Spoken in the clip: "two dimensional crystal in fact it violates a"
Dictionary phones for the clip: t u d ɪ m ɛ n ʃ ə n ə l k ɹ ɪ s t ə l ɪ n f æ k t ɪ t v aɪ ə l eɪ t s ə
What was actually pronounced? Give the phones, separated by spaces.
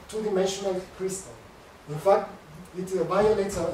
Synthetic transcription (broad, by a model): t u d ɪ m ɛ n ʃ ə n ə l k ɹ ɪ s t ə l ɪ n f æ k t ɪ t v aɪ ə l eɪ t ə